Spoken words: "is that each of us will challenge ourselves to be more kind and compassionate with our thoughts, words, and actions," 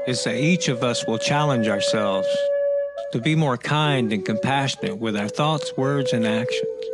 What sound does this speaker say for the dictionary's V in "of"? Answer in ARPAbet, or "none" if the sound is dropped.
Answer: V